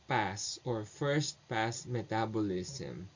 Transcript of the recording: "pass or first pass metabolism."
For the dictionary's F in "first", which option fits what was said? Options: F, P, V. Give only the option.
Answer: F